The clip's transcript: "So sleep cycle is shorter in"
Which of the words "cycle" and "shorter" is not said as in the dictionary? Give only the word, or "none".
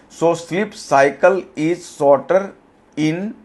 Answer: shorter